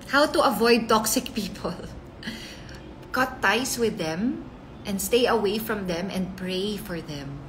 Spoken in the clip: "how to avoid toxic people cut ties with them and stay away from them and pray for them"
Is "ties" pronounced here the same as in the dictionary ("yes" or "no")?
no